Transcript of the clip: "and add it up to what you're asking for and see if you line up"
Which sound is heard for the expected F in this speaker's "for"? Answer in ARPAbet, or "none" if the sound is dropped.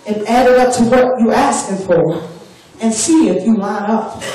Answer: F